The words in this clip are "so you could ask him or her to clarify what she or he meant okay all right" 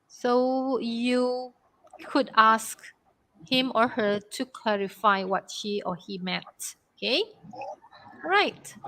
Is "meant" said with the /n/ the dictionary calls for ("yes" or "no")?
no